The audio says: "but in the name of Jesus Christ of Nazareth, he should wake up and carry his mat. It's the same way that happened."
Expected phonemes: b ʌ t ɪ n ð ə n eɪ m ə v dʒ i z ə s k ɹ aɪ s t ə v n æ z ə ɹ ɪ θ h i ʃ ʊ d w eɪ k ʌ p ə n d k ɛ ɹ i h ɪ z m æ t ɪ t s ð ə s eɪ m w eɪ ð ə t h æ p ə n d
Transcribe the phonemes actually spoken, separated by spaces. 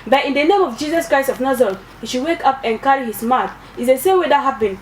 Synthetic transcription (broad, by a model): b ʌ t ɪ n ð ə n eɪ m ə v dʒ i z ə s k ɹ aɪ s t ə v n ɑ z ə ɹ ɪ t h i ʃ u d w eɪ k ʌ p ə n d k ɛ ɹ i h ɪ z m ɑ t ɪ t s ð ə s eɪ m w eɪ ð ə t h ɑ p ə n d